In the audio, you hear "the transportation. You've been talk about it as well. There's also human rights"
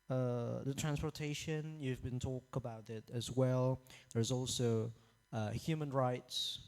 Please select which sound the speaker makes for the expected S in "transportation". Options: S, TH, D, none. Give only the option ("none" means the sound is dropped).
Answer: S